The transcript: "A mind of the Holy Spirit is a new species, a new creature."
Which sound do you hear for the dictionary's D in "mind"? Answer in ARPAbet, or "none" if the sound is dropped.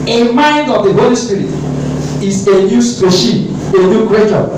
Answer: D